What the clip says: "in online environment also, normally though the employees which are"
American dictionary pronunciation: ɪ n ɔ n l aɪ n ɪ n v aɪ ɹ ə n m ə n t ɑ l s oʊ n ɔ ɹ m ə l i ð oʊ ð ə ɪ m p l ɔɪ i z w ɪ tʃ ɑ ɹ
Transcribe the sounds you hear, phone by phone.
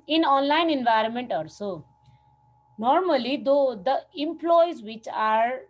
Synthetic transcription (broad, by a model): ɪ n ɔ n l aɪ n ɪ n v aɪ ɹ ə n m ə n t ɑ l s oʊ n ɔ ɹ m ə l i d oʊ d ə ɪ m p l ɔɪ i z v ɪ tʃ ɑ ɹ